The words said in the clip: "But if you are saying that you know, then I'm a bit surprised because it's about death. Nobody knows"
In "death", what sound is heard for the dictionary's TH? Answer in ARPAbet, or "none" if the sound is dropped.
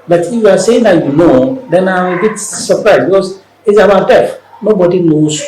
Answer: F